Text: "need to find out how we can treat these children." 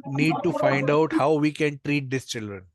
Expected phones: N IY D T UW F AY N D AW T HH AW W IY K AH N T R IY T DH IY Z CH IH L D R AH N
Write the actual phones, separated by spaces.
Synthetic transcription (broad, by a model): N IY D T UW F AY N D AW T HH AW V IY K AH N T R IY T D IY S CH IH L D R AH N